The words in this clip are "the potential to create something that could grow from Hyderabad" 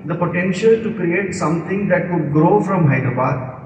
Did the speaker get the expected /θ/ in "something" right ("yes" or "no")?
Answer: no